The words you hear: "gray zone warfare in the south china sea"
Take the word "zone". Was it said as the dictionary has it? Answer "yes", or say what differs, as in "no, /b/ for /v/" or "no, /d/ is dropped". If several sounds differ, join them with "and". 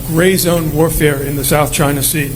yes